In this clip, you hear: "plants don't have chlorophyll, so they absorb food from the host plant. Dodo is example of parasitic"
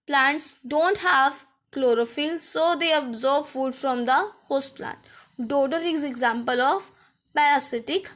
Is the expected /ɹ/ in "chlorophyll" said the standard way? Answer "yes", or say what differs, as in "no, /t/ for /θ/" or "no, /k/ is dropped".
yes